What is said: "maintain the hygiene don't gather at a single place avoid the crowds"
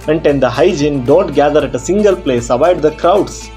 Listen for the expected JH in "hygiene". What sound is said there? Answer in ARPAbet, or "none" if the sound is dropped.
JH